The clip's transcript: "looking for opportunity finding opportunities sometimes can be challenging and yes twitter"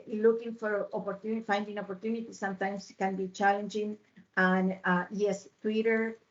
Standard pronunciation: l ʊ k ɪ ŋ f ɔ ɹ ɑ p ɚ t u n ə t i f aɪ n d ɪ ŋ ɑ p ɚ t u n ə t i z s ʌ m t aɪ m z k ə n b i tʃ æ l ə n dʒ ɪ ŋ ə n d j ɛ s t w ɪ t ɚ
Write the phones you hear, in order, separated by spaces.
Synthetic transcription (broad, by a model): l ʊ k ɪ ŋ f ɔ ɹ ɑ p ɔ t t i f aɪ n d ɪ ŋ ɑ p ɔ t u n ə t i s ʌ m t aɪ m s k ə n b i tʃ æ l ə n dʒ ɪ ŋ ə n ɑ j ɛ s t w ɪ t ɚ